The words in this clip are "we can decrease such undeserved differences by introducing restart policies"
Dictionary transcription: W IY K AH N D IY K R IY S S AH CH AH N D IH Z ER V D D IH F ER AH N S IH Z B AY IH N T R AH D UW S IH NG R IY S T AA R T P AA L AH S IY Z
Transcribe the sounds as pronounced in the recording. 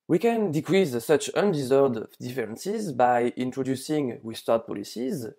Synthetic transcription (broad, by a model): W IY K AH N D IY K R IY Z S AH CH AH N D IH Z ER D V D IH F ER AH N S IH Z B AY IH N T R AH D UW S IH NG W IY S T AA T P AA L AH S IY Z